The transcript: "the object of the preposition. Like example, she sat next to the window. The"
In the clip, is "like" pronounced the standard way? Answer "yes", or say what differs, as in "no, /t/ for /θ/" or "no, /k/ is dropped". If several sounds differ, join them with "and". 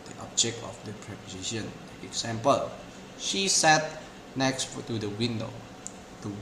no, /k/ is dropped